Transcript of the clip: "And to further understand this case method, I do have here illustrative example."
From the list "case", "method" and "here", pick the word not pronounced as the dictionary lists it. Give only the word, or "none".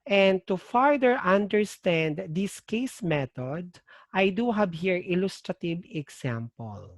method